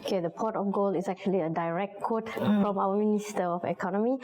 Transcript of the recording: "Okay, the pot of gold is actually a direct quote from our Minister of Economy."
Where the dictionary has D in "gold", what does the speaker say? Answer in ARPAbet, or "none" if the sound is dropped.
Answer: none